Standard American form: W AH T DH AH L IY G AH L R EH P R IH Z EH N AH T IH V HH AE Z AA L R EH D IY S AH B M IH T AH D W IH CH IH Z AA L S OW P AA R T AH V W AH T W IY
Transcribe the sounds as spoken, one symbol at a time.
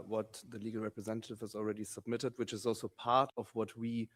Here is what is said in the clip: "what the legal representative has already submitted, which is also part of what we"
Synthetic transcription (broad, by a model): W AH T DH AH L IY G AH L R EH P R IH Z EH N AH T IH V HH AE Z AA L R EH D IY S AH B M IH T AH D W IH CH IH Z AA L S OW P AA R T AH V W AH T W IY